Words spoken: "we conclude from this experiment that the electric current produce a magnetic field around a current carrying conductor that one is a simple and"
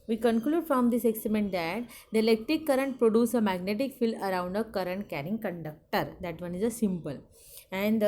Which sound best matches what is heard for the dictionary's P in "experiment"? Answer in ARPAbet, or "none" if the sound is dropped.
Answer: none